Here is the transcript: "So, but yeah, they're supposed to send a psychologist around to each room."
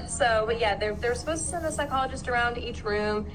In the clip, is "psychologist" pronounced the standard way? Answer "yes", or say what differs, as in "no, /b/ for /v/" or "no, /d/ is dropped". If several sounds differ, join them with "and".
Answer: yes